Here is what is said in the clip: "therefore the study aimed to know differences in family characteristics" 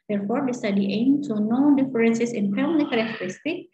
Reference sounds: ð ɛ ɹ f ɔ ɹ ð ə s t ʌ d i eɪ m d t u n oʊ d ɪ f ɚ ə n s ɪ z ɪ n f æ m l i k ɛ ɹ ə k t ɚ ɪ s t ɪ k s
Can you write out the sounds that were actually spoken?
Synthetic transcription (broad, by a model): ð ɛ ɹ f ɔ ɹ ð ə s t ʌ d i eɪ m t u n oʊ d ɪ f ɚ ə n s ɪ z ɪ n p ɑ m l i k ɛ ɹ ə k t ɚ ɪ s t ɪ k